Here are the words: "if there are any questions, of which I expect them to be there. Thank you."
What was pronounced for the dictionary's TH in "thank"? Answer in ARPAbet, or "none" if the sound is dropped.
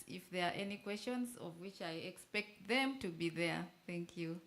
TH